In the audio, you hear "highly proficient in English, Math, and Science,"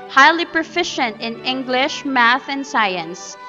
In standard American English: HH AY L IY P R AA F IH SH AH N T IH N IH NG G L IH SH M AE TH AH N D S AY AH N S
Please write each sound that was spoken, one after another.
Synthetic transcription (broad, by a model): HH AY L IY P R AA F IH SH AH N T IH N IH NG G L IH SH M AE TH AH N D S AY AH N S